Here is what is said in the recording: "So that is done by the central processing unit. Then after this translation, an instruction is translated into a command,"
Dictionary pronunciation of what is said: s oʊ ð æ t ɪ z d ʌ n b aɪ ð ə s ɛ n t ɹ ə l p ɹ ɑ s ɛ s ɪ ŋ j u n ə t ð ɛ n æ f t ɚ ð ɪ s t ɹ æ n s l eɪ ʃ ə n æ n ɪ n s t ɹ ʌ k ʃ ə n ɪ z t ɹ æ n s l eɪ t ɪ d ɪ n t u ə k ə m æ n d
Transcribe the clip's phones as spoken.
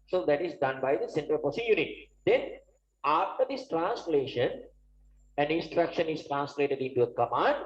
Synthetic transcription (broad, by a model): s oʊ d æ t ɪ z d ʌ n b aɪ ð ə s ɛ n t ɹ ə l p ɑ s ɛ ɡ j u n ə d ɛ n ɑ f t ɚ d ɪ s t ɹ æ n s l eɪ ʃ ə n æ n ɪ n s t ɹ ʌ k ʃ ə n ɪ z t ɹ æ n s l eɪ t ɪ d ɪ n t u ə k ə m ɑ n d